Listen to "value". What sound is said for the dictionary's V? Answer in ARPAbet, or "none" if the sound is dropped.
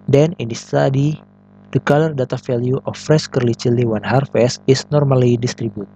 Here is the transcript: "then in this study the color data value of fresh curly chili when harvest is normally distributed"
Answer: F